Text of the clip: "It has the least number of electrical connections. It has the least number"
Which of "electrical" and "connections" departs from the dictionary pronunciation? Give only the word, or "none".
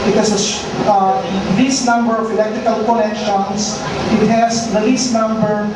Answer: connections